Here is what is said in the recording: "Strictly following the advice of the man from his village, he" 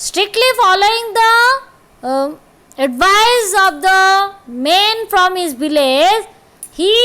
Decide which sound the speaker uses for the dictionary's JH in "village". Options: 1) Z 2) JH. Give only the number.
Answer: 1